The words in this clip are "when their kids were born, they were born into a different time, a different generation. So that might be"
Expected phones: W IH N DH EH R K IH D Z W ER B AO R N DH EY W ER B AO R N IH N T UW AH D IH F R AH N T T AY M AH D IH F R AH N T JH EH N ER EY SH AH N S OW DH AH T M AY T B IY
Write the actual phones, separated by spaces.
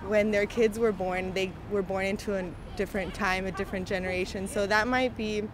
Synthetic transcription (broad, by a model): W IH N DH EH R K IH D Z W ER B AO R N DH EY W ER B AO R N IH N T UW AH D IH F R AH N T T AY M AH D IH F R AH N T JH EH N ER EY SH AH N S OW DH AH T M AY T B IY